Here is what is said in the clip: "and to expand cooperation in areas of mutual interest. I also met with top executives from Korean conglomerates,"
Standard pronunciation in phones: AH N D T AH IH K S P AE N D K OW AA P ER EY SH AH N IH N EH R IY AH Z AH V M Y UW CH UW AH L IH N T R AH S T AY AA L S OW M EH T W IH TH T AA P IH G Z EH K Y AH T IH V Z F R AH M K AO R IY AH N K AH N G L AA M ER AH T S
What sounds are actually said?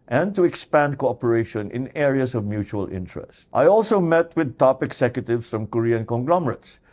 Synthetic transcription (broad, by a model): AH N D T AH IH K S P AE N D K OW AA P ER EY SH AH N IH N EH R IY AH S AH V M Y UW CH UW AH L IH N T R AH S T AY AA L S OW M EH T W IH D T AA P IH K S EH K Y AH T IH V S F R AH M K AO R IY AH N K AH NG G L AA M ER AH T S